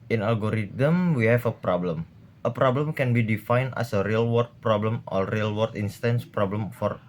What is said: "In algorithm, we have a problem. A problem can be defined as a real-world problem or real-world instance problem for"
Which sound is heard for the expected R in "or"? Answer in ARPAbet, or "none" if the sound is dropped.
L